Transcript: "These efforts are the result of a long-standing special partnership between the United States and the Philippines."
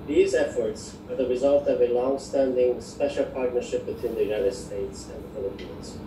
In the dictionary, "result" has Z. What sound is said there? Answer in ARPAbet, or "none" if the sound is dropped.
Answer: Z